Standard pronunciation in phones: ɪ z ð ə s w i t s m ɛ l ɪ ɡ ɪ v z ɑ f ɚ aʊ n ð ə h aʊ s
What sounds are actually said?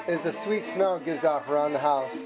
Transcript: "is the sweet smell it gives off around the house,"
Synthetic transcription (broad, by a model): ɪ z ð ə s w i t s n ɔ ɪ ɡ ɪ v z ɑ p ɚ aʊ n ð ə h aʊ s